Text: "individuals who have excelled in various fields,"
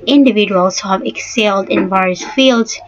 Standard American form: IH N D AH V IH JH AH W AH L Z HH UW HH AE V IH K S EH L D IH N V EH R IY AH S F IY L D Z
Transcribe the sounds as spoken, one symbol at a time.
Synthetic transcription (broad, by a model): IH N D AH V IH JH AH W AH L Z HH UW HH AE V IH K S EH L D IH N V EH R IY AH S F IY L D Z